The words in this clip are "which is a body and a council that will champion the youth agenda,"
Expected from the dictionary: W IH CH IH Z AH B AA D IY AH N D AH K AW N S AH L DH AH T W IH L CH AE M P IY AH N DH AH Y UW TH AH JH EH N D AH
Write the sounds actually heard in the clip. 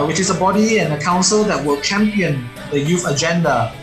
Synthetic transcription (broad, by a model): W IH CH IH S AH B AA D IY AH N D AH K AW N S AH L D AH T W IH L CH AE M P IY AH N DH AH Y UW F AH JH EH N D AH